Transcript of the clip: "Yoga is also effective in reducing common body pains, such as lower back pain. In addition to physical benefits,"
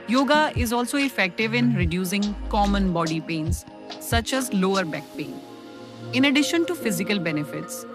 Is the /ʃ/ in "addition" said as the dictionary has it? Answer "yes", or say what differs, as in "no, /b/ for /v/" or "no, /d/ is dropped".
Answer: yes